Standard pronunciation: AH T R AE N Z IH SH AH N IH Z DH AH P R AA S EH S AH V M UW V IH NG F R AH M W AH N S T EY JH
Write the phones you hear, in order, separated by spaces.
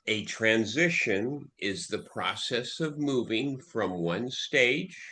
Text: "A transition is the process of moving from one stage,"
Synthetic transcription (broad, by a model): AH T R AE N Z IH SH AH N IH Z DH AH P R AA S EH S AH V M UW V IH NG F R AH M W AH N S T EY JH